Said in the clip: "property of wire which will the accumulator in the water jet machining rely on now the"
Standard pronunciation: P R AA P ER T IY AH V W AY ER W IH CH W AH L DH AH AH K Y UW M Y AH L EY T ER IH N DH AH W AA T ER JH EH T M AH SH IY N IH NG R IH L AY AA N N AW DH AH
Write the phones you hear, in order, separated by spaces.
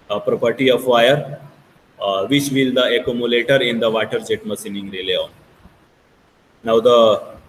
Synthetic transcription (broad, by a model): P R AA P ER T IY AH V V AY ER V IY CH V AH L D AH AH K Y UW M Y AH L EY T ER IH N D AH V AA T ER JH EH T M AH S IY N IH NG R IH L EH AA N N AW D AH